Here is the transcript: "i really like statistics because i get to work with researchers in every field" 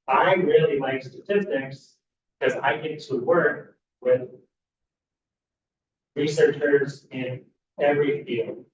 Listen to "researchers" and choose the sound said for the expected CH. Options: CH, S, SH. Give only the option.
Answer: CH